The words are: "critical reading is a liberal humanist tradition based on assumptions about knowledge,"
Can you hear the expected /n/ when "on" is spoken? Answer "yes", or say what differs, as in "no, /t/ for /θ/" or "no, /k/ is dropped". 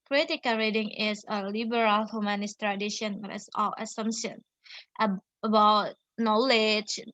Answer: no, /l/ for /n/